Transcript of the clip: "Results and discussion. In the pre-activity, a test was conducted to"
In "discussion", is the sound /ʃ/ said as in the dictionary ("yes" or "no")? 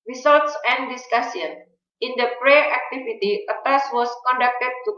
no